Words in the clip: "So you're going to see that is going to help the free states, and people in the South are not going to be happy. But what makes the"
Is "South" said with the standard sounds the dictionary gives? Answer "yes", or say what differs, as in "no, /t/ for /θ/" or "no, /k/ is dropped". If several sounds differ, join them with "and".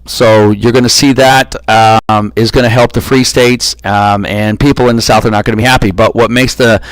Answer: yes